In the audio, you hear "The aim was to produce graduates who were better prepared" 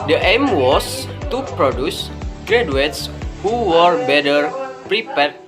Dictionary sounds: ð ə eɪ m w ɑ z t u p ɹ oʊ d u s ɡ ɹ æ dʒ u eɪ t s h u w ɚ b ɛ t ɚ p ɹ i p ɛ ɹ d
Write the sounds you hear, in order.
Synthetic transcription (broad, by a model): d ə eɪ m w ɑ s t u p ɹ oʊ d u s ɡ ɹ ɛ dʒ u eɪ t s h u w ɚ b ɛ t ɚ p ɹ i p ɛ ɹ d